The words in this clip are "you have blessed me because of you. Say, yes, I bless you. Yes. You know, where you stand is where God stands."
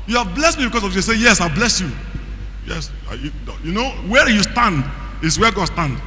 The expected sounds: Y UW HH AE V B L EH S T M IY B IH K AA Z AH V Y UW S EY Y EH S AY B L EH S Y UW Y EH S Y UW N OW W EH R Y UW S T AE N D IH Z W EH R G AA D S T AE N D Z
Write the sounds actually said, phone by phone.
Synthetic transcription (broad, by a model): Y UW HH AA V B L EH S T M IY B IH K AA S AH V Y UW S EY Y EH S AY B L EH S Y UW Y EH S Y UW N OW W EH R Y UW S T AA N D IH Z W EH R G AA D S T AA N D